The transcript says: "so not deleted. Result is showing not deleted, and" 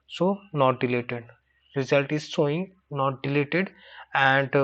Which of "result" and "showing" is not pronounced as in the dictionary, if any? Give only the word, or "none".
showing